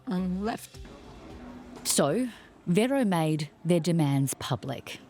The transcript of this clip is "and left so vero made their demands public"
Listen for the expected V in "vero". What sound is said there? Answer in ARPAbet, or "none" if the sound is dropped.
V